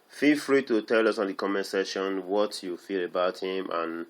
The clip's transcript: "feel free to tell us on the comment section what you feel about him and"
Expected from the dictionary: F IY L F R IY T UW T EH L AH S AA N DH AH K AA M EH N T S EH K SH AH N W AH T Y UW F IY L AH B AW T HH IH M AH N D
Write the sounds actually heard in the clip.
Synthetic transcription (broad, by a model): F IY L F R IY T UW T EH L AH S AA N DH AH K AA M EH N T S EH SH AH N W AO T Y UW F IY L AH B AW T HH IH M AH N